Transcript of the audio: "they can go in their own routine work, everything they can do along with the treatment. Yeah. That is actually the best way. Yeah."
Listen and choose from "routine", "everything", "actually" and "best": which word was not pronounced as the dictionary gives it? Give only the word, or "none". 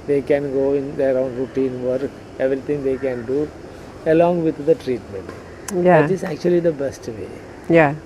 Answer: everything